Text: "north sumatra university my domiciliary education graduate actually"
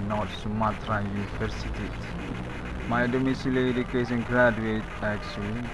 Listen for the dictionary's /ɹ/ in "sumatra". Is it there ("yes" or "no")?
yes